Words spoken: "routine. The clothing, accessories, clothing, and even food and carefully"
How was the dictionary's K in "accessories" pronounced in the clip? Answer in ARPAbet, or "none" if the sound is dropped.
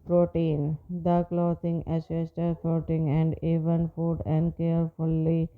none